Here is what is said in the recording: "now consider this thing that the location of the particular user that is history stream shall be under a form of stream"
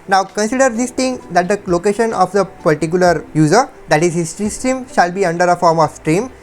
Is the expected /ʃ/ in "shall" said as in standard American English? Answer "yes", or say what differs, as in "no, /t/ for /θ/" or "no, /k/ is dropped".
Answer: yes